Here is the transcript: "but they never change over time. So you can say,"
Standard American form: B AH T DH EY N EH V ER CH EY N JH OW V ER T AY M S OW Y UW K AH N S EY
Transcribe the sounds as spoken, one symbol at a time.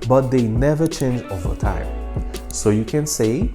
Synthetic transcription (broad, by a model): B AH T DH EY N EH V ER CH EY N JH OW V ER T AY M S OW Y UW K AH N S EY